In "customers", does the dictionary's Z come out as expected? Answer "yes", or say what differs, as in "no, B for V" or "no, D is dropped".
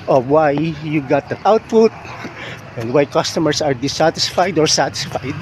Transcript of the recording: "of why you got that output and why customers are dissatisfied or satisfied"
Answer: no, S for Z